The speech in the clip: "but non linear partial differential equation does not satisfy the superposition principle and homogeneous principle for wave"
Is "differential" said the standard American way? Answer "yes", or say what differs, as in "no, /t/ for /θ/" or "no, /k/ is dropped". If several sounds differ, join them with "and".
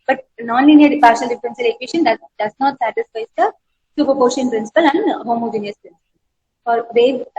no, /s/ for /ʃ/